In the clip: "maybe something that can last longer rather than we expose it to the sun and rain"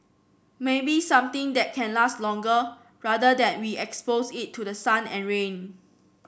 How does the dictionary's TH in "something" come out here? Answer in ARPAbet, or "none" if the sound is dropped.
T